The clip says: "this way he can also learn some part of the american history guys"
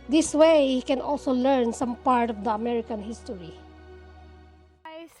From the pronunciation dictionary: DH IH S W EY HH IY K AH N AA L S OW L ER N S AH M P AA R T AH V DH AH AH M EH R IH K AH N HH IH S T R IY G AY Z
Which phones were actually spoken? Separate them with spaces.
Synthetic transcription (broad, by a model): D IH S W EY HH IY K AH N AA L S OW L ER N S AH M P AA R T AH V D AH AH M EH R IH K AH N HH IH S T IY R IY